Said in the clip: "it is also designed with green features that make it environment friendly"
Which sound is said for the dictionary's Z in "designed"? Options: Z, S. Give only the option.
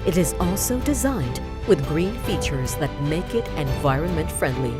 Z